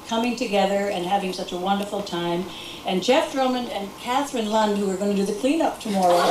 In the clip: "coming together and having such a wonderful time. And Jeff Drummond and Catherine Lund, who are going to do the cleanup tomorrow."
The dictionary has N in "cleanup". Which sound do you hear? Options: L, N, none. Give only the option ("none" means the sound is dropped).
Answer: N